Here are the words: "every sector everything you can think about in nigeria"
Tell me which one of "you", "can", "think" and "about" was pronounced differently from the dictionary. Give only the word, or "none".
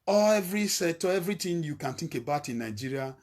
think